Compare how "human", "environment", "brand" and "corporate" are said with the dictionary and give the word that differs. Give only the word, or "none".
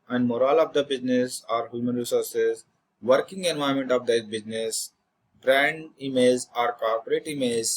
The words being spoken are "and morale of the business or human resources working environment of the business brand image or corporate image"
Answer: environment